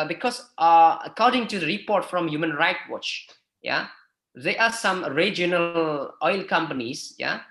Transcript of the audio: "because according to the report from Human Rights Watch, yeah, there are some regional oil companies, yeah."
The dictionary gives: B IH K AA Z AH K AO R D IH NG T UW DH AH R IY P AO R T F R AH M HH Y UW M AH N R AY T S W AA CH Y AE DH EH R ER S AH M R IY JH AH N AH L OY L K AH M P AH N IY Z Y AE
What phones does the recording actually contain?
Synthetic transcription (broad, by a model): B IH K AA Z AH K AO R D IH NG T UW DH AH R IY P AO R T F R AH M HH Y UW M AH N R AY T W AA CH Y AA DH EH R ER S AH M R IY JH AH N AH L OY L K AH M P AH N IY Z Y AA